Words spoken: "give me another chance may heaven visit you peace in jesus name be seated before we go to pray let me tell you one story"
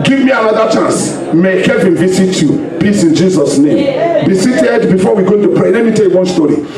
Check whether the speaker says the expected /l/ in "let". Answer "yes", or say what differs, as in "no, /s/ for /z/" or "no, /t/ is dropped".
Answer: yes